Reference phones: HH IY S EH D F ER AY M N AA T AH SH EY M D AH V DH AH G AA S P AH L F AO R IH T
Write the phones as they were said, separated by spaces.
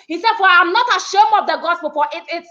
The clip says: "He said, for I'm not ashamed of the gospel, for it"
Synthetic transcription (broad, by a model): HH IY S EH D F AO AY M N AA T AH SH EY M AH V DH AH G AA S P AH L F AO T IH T